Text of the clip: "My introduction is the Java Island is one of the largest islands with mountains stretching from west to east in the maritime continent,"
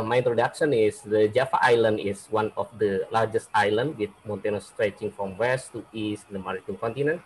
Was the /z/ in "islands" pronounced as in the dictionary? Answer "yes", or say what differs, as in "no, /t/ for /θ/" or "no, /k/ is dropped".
no, /z/ is dropped